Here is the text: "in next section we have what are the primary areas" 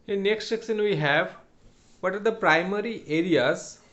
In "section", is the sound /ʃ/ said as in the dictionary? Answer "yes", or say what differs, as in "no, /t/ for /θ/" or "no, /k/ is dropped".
no, /s/ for /ʃ/